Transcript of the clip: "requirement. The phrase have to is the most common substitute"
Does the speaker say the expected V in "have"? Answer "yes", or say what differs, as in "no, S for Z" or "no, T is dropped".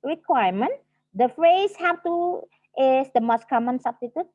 no, F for V